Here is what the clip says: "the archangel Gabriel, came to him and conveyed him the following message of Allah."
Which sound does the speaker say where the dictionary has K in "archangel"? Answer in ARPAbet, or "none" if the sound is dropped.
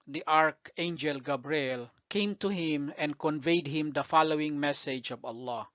K